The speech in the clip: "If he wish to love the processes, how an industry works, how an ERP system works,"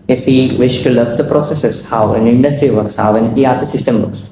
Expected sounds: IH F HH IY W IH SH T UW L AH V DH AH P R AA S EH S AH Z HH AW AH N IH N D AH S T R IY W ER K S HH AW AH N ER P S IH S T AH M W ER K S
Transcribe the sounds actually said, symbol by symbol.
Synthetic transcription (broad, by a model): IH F HH IY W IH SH T UW L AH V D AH P R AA S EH S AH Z HH AW AH N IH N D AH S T IY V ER K S HH AW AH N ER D S IH S T AH M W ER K S